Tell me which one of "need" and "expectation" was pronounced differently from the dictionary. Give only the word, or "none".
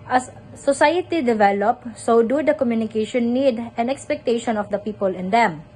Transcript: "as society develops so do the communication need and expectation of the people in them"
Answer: none